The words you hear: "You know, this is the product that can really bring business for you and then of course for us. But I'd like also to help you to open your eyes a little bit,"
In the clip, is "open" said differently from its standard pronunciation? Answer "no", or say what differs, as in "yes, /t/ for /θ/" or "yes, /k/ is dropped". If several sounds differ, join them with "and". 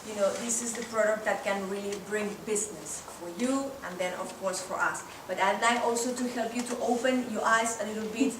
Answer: no